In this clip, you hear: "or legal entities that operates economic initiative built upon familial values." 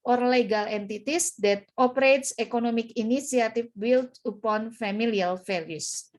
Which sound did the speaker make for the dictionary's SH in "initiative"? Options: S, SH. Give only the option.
S